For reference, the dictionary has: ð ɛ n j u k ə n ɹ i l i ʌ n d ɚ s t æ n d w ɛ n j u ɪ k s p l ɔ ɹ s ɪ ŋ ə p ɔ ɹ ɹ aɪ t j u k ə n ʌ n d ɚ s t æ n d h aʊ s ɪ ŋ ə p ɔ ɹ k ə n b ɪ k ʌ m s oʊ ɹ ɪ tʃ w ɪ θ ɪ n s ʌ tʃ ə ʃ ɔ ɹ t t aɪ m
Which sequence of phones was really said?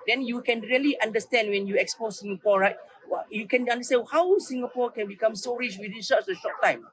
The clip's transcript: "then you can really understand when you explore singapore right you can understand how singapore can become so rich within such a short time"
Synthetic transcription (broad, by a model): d ɛ n j u k ə n ɹ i l i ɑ n d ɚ s t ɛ n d w ɛ n j u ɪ k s p ɔ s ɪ ŋ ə p ɔ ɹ ɹ aɪ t j u k ə n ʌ n d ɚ s t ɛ n h aʊ s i ŋ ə p ɔ k ə n b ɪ k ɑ m s oʊ ɹ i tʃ w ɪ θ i n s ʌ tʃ ə ʃ ɔ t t aɪ m